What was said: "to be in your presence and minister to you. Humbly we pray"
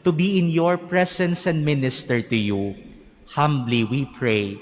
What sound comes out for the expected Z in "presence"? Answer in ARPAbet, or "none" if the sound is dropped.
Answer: S